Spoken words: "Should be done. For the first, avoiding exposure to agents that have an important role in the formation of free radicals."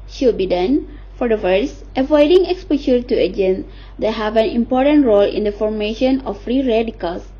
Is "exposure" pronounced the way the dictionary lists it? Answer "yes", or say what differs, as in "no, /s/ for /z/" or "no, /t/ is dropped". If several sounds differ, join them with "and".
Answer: no, /ʃ/ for /ʒ/